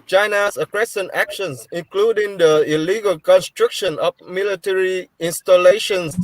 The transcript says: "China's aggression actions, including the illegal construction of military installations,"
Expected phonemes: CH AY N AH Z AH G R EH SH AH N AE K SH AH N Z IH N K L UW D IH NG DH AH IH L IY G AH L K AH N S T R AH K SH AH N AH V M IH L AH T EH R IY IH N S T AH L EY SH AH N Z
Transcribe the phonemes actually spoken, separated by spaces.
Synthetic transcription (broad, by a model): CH AY N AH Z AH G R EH S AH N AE K SH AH N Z IH N K L UW D IH NG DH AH IH L IY G AH L K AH N S T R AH K SH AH N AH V M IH L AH T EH R IY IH N S T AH L EY SH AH N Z